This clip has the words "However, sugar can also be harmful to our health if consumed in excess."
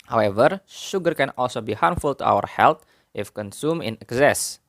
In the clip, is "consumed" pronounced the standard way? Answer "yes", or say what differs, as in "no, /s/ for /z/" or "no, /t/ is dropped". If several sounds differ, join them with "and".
no, /d/ is dropped